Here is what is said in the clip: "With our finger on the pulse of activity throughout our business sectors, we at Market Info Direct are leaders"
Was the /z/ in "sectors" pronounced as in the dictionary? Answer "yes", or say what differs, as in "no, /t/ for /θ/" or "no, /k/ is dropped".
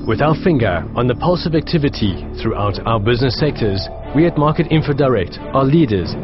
yes